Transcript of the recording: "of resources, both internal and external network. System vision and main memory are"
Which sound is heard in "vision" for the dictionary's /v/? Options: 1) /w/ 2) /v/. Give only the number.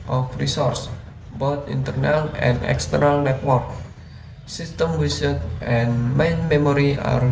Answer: 1